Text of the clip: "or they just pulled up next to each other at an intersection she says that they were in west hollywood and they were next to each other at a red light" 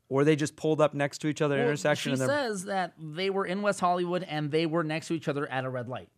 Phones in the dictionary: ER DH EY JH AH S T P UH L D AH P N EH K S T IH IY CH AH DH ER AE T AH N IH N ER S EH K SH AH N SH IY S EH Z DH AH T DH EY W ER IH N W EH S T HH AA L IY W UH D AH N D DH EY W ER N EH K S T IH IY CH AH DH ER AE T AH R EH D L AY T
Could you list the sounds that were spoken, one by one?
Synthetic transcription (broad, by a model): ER DH EY JH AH S P UH L D AH P N EH K S T IH IY CH AH DH ER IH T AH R S EH K SH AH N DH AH S EH Z DH AH T DH EY W ER IH N W EH S T HH AA L IY W UH D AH N DH EY W ER N EH K S T IH IY CH AH DH ER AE T AH R EH D L AY T